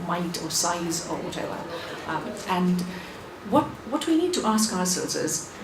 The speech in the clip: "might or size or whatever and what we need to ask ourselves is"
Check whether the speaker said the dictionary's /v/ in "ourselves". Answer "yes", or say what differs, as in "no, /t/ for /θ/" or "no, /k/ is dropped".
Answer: no, /v/ is dropped